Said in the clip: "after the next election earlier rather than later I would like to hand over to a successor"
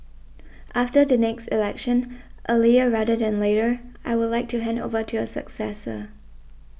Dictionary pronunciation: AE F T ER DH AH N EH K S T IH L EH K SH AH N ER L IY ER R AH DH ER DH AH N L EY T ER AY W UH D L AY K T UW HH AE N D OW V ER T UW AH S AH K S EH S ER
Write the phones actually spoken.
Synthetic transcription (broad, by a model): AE F T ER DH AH N EH K S T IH L EH K SH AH N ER L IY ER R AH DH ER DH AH N L EY T ER AY W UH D L AY K T UW HH AE N D OW V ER T UW AH S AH K S EH S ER